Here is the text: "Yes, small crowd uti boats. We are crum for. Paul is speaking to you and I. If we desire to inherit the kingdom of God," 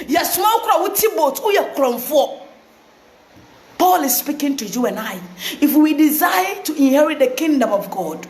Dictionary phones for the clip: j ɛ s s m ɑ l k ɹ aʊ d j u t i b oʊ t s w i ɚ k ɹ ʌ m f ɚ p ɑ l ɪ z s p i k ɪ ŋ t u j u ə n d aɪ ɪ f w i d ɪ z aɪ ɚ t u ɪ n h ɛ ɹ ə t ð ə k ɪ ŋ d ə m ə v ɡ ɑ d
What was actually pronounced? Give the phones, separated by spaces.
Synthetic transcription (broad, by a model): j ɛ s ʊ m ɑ w k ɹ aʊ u t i b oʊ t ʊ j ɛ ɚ k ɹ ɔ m f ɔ p ɑ l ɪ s s p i k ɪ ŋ t u j u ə n aɪ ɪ f w i d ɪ z aɪ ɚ t u ɪ n h ɛ ɹ ə t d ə k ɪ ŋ d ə m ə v ɡ ɑ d